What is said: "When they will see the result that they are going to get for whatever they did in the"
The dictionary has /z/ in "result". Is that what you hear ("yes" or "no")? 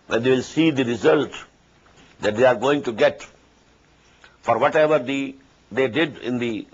yes